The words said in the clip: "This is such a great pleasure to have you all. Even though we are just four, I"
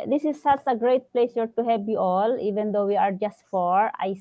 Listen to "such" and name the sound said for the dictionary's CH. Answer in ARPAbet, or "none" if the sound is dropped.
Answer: S